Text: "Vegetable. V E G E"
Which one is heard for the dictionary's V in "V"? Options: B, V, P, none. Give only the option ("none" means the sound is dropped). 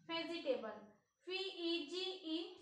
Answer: P